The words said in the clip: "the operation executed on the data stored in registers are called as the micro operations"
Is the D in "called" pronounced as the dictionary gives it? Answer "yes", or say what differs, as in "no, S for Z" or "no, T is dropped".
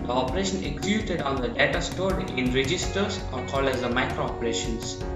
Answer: no, D is dropped